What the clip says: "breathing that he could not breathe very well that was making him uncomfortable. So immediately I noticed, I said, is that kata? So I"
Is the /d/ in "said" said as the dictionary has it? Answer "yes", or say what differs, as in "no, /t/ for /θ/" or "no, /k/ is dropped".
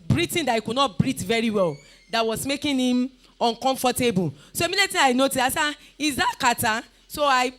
no, /d/ is dropped